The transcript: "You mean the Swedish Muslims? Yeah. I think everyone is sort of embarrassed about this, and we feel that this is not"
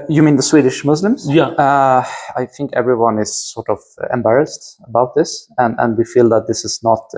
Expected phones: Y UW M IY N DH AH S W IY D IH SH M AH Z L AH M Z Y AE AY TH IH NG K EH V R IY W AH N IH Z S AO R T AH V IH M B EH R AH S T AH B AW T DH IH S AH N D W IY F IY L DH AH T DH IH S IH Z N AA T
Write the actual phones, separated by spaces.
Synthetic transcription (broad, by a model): Y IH M IY N DH AH S W IY D IH SH M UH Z L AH M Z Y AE AY TH IH NG K EH V R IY W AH N IH Z S AO R T AH V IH M B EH R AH S T AH B AW T DH IH S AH N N W IY F IY L DH AH T DH IH S IH Z N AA T